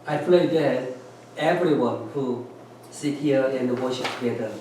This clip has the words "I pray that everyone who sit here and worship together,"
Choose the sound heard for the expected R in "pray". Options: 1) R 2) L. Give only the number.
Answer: 2